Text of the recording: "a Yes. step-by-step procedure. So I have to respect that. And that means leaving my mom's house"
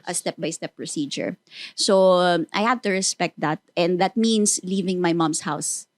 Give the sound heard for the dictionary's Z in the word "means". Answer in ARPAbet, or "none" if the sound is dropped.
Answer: S